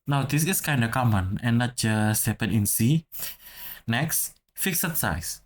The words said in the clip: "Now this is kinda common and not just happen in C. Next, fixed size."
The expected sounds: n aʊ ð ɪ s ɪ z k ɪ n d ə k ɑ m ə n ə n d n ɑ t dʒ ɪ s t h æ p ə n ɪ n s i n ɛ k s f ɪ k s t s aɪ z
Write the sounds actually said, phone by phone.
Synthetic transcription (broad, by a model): n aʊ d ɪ s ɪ s k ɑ n d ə k ɑ m ə n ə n n ɑ t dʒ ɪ s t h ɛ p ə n ɪ n s i n ɛ k s f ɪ k s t s aɪ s